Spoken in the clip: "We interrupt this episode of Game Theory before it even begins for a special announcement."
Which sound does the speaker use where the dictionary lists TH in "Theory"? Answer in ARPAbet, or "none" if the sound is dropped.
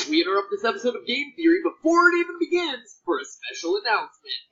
TH